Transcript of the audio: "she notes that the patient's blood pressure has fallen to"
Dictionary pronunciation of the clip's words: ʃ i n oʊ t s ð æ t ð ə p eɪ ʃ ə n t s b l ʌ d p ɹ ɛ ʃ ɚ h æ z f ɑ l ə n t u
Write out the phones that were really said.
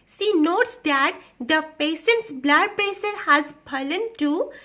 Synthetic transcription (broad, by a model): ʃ i n oʊ t s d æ t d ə p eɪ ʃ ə n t s b l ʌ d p ɹ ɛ s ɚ h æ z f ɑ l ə n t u